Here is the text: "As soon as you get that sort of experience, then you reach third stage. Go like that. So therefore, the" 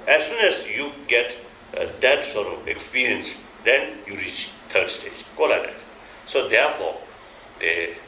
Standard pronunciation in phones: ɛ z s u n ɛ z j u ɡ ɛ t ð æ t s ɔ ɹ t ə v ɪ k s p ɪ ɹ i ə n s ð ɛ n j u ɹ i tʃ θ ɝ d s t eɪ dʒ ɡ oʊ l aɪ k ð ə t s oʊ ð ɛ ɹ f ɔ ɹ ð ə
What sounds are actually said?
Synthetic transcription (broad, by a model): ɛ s s u n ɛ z j u ɡ ɛ t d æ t s ɔ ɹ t ə v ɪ k s p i ɹ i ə n s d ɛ n j u ɹ i tʃ t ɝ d s t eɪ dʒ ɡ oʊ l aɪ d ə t s oʊ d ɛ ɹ f ɔ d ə